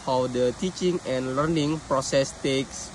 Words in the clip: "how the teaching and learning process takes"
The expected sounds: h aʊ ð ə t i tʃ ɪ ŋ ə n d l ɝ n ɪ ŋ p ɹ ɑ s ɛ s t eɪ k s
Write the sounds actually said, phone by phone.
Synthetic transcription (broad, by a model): h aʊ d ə t i tʃ ɪ ŋ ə n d l ɝ n ɪ ŋ p ɹ ɑ s ɛ s t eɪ k s